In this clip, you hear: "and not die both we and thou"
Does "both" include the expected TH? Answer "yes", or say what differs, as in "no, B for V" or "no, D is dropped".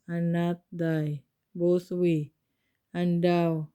no, S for TH